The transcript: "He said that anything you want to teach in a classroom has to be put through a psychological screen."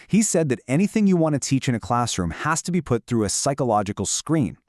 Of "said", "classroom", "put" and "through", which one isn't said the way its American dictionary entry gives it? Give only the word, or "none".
none